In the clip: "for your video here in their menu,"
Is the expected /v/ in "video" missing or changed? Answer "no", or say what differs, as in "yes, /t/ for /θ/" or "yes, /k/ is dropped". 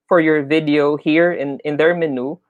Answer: no